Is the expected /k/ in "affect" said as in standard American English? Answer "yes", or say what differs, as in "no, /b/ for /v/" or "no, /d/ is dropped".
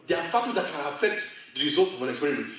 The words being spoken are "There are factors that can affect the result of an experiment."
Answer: yes